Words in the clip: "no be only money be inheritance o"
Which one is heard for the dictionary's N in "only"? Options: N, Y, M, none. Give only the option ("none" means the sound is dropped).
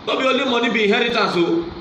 none